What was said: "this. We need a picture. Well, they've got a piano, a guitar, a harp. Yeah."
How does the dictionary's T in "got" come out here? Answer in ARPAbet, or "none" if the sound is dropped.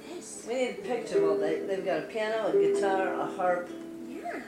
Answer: T